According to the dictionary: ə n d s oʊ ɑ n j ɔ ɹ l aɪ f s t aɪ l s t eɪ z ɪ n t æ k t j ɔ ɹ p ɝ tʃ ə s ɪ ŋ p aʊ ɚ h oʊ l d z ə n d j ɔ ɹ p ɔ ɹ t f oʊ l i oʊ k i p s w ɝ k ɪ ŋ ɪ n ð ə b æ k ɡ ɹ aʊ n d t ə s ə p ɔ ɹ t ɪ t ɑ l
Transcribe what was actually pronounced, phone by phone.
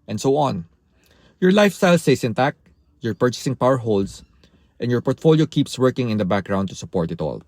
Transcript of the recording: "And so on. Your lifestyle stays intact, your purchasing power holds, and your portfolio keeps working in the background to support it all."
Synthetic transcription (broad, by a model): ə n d s oʊ ɑ n j ɔ ɹ l aɪ f s t aɪ l s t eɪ s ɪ n t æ k j ɔ ɹ p ɝ tʃ ə s ɪ ŋ p aʊ ɚ h oʊ l d s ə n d j ɔ ɹ p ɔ ɹ t f oʊ l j oʊ k i p s w ɝ k ɪ ŋ ɪ n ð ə b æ k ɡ ɹ aʊ n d t ə s ə p ɔ ɹ t ɪ t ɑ l